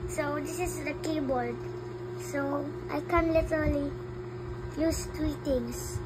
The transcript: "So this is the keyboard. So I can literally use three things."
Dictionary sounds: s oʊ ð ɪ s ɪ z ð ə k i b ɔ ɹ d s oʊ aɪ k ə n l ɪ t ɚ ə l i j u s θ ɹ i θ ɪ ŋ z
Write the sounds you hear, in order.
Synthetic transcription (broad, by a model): s oʊ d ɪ s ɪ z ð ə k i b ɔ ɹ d s oʊ aɪ k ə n l ɪ t ɚ ə l i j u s t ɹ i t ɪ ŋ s